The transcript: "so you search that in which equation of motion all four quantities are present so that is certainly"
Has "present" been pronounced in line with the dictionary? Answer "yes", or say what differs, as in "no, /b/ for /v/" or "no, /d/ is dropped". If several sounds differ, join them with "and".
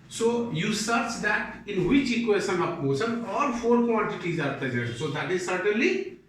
no, /n/ is dropped